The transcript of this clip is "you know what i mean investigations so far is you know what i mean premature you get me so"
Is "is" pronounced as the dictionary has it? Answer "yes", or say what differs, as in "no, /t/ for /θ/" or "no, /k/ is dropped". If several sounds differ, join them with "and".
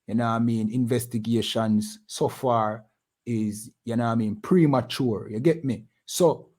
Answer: yes